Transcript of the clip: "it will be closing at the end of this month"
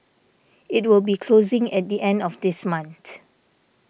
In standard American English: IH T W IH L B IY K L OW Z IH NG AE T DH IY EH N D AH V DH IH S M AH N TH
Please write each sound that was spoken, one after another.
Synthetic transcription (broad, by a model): IH T W IH L B IY K L OW Z IH NG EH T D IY EH N D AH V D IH S M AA N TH